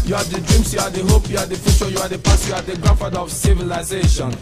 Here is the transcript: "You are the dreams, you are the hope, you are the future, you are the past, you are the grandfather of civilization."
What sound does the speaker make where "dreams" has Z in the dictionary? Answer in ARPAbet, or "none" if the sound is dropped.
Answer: S